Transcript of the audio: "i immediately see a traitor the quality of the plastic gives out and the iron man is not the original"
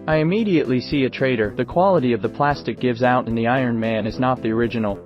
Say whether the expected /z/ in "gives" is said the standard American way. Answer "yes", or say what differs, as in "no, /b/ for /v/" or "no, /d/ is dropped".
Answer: yes